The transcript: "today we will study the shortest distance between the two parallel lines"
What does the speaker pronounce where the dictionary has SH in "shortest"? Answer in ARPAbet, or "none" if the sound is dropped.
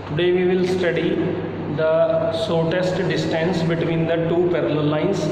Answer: S